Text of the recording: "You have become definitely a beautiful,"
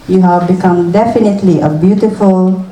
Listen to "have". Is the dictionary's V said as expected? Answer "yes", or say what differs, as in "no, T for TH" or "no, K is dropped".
yes